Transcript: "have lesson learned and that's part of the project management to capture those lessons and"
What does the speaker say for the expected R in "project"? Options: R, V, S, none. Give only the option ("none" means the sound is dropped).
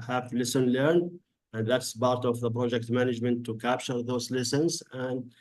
R